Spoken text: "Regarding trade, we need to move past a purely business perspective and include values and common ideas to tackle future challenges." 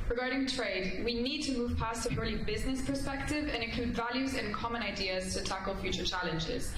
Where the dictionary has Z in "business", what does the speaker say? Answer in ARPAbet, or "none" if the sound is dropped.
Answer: Z